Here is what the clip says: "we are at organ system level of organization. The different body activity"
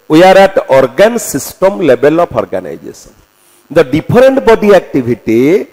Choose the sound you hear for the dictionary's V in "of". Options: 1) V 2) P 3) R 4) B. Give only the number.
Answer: 2